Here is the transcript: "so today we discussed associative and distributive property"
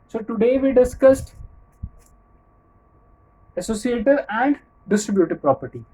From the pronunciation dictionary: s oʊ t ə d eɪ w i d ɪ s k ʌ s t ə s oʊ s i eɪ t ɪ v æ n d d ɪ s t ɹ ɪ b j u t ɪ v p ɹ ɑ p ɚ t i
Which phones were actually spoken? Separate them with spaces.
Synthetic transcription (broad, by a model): s oʊ t ə d eɪ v i d ɪ s k ʌ s t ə s oʊ s i eɪ t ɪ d æ n d d ɪ s t ɹ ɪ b j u t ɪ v p ɹ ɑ p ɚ t i